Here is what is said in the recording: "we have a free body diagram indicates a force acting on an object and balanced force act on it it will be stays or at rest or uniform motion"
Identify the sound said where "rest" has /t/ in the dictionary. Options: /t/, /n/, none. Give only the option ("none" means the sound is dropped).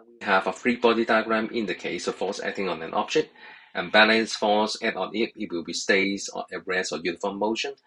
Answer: none